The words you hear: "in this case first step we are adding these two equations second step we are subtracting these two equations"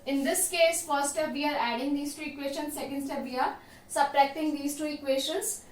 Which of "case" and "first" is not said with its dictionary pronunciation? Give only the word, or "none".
first